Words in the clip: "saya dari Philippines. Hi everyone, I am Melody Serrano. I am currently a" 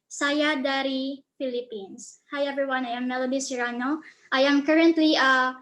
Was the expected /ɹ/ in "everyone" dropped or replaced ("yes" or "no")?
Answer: yes